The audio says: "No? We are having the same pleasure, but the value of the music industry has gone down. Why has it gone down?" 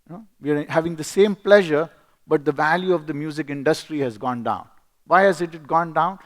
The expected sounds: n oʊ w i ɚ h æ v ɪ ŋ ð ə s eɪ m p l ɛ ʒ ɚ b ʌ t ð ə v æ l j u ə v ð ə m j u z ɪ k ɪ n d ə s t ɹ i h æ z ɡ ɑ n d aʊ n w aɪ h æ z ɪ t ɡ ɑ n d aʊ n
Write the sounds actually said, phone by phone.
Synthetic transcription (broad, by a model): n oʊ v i ɚ h æ v ɪ ŋ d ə s eɪ m p l ɛ ʒ ɚ b ʌ t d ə v æ l j u ə v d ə m j u z ɪ k ɪ n d ə s t ɹ i h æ z ɡ ɑ n d aʊ n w aɪ h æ z ɪ t ɡ ɑ n d aʊ n